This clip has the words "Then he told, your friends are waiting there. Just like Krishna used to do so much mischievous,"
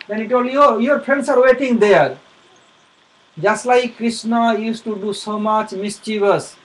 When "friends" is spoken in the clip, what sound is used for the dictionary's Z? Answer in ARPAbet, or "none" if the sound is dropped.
S